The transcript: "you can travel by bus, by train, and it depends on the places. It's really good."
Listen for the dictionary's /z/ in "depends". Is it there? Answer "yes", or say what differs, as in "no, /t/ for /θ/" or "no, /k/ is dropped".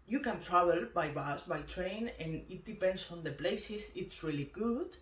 no, /s/ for /z/